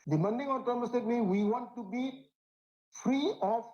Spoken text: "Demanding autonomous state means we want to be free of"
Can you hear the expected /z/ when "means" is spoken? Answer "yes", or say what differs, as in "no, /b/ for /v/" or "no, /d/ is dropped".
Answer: no, /z/ is dropped